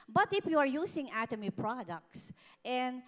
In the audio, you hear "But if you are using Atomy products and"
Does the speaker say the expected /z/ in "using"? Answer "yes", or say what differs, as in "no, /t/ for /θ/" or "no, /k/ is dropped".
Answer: no, /s/ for /z/